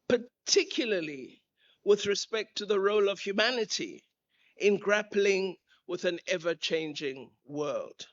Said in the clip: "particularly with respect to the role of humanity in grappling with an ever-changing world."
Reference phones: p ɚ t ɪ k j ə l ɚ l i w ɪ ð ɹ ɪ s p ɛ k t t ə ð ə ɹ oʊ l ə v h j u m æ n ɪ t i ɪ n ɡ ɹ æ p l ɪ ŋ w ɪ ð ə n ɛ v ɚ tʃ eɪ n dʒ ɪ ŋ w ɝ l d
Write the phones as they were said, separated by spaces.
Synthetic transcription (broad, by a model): p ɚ t ɪ k j l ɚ l i w ɪ ð ɹ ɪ s p ɛ k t t ə ð ə ɹ oʊ l ə v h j u m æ n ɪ t i ɪ n ɡ ɹ æ p l ɪ ŋ w ɪ ð ə n ɛ v ɚ tʃ eɪ n dʒ ɪ ŋ w ɝ l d